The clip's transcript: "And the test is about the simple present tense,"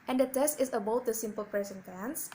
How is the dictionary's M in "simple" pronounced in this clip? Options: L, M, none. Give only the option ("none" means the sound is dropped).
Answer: M